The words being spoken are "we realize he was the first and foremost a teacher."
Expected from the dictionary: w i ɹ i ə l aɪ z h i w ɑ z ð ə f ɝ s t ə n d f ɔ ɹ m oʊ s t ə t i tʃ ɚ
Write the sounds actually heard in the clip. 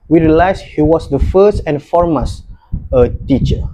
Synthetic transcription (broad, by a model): w i ɹ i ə l aɪ s h i w ɑ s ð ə f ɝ s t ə n f ɔ ɹ m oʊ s ə t i tʃ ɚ